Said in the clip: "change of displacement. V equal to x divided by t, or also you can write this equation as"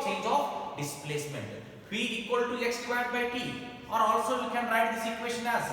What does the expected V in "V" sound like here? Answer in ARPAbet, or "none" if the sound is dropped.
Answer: W